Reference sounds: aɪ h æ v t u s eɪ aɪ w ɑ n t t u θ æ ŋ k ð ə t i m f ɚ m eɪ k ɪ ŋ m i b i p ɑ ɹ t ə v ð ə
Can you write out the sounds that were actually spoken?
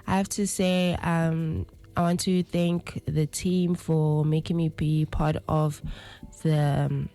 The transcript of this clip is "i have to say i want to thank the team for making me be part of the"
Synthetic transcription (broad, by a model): aɪ h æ f t u s eɪ aɪ w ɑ n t t u θ æ ŋ k ð ə t i m f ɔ m eɪ k ɪ ŋ m i b i p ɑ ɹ t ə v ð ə